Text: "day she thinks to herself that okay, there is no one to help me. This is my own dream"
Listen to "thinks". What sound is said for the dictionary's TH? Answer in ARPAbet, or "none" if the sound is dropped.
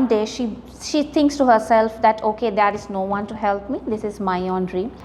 T